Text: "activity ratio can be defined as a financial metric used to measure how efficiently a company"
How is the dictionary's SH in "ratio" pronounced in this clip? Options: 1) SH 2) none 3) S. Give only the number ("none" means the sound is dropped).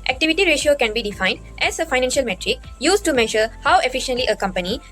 1